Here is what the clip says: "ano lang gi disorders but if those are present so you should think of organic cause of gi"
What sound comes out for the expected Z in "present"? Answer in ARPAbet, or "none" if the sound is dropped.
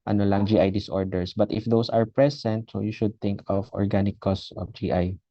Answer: S